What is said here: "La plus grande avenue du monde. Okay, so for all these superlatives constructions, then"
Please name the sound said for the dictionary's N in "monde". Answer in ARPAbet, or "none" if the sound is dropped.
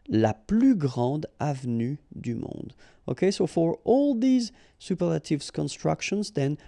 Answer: none